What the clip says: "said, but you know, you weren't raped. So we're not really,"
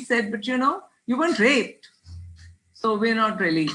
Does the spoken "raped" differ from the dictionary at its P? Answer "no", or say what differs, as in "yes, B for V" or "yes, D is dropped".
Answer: yes, P is dropped